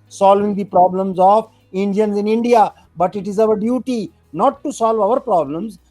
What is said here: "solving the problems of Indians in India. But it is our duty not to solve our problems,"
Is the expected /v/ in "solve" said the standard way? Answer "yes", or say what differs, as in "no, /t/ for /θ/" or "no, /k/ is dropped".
yes